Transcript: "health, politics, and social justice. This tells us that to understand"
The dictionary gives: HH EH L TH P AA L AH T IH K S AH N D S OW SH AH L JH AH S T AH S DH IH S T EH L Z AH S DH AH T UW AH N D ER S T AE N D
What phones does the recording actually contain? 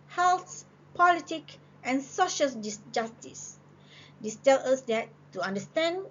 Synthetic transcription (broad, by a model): HH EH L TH P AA L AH T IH K AH N S OW SH AH L JH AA S T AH S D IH S T EH L AH S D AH T UW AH N D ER S T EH N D